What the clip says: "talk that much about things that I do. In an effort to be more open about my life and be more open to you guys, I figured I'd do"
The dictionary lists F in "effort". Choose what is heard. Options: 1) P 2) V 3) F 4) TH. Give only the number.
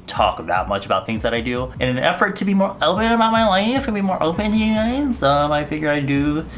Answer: 3